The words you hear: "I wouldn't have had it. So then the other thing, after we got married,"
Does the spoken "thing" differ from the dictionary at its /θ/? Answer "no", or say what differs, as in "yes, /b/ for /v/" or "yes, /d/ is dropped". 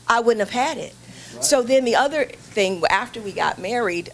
no